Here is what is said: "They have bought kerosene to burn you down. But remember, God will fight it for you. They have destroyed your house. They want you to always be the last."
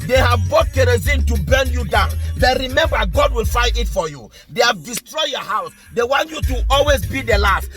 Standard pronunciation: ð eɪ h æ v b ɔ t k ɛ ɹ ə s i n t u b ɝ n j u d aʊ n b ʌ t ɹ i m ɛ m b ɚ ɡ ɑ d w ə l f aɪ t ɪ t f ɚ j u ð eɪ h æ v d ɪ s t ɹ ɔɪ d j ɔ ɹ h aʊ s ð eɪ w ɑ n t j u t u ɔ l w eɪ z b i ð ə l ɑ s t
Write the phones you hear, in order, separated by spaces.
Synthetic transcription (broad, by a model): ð eɪ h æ v b ɔ t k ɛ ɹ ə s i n t u b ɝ n j u d aʊ n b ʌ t ɹ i m ɛ m b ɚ ɡ ɑ d w ə l f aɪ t ɪ t f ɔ j u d eɪ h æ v d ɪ s t ɹ ɔɪ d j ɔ h aʊ s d eɪ w ɑ n t j u t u ɔ l w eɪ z b i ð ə l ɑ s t